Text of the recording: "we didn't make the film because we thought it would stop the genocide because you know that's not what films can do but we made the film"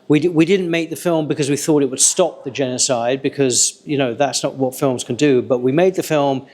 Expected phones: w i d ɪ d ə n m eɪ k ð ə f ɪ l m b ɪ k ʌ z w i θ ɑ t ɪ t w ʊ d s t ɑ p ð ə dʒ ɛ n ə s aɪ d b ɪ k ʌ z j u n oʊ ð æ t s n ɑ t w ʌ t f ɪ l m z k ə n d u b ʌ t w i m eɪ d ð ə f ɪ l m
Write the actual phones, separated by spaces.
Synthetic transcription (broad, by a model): w i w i d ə n m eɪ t ð ə f ɪ l m b ɪ k ʌ z w i θ ɑ t ɪ t w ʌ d s t ɑ p ð ə dʒ ɛ n ə s aɪ d b ɪ k ʌ z j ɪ n oʊ ð æ t s n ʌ t w ʌ t f ɪ l m z k ə n d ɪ b ʌ t w i m eɪ d ð ə f ɪ l m